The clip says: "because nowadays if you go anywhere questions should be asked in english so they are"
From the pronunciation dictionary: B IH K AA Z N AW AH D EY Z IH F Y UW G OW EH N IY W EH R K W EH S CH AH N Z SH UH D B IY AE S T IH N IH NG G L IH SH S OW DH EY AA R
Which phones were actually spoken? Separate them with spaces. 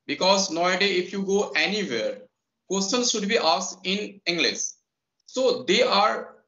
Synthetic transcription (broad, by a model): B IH K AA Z N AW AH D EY IH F Y UW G OW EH N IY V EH R K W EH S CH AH N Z SH UH D B IY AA S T IH N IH NG G L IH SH S OW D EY AA R